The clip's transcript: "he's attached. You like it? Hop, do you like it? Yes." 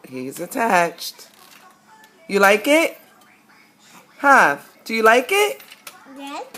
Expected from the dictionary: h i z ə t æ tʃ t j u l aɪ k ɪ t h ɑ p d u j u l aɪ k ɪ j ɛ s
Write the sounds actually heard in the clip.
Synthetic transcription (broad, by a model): h i z ə t æ tʃ t j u l aɪ k ɪ t h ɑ f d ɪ j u l aɪ k ɪ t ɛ